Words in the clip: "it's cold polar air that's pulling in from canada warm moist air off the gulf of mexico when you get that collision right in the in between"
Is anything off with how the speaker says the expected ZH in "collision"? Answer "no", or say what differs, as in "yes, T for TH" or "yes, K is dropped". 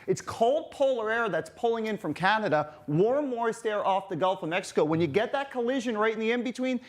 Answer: no